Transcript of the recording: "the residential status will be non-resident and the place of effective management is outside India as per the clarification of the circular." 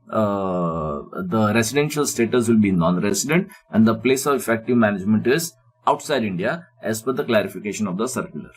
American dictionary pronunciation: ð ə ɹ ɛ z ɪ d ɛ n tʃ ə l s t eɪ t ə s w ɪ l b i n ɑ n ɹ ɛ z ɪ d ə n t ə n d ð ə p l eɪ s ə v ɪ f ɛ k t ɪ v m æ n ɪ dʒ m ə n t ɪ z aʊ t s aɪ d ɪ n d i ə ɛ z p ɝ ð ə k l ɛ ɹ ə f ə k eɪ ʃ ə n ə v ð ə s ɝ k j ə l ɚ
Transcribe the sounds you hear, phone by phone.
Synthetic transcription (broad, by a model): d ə ɹ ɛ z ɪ d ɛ n ʃ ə l s t eɪ t ə s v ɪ l b i n ɑ n ɹ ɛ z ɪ d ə n t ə n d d ə p l eɪ s ə v ɪ f ɛ k t ɪ v m æ n ɪ dʒ m ə n t ɪ z aʊ t s aɪ d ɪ n d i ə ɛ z f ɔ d ə k l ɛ ɹ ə f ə k eɪ ʃ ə n ə v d ə s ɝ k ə l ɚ